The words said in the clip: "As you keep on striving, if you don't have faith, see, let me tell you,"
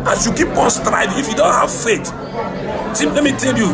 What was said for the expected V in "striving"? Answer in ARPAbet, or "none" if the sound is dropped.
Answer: none